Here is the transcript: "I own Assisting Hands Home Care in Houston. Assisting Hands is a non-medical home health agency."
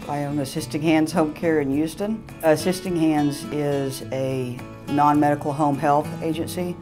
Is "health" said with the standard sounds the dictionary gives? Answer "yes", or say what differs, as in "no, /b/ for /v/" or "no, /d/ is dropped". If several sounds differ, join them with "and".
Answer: yes